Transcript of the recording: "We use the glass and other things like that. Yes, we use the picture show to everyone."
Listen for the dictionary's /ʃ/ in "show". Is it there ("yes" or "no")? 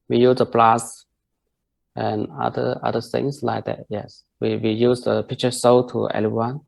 no